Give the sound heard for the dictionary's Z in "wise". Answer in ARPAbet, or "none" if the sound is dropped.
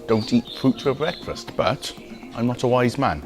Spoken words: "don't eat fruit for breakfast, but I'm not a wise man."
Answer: Z